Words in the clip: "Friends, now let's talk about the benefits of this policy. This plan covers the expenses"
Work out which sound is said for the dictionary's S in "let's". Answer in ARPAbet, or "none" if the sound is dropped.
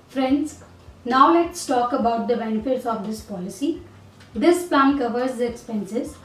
S